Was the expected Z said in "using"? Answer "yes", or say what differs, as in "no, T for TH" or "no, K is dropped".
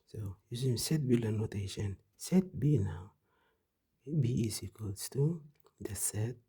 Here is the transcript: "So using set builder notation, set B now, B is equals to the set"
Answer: no, S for Z